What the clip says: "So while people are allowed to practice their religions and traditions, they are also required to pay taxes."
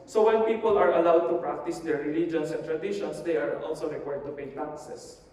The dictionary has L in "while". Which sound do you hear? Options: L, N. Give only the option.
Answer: N